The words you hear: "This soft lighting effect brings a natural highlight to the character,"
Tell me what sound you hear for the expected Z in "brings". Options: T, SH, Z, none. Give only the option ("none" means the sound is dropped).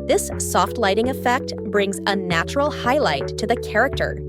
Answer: Z